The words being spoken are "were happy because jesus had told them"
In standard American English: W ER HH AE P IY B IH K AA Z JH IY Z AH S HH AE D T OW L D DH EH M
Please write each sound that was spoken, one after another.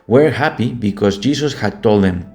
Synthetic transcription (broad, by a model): W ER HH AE P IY B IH K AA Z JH IY S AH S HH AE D T OW L D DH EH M